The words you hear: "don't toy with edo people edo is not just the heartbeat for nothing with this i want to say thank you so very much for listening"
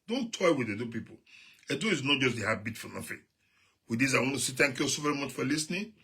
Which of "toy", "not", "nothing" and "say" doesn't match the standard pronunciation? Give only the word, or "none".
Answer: nothing